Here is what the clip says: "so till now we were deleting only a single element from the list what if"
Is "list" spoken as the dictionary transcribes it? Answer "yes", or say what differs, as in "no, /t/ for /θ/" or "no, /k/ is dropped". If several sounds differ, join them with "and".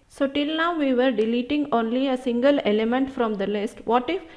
yes